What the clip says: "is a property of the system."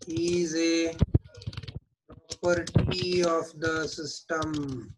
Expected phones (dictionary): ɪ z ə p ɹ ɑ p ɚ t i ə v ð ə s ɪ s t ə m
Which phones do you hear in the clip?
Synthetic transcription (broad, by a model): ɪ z ə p ɑ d t i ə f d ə s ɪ s t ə m